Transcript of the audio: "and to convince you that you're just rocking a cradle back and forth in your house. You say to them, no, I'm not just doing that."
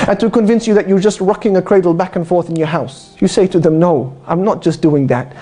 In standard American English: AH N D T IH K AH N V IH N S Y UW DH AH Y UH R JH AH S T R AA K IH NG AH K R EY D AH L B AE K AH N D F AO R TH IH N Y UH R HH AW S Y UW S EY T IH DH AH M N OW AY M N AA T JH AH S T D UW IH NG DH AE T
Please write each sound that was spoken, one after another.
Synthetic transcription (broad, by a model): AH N T IH K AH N V IH N S Y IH DH AH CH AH R JH AH S T R AA K IH NG AH K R EY D L B AE K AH N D F AO R TH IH N Y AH R HH AW S Y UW S EY T IH DH AH M N OW AY M N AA T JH AH S D UW IH NG DH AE T